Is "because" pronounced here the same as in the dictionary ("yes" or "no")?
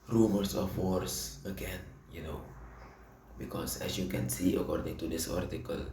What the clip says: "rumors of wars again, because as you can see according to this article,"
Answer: no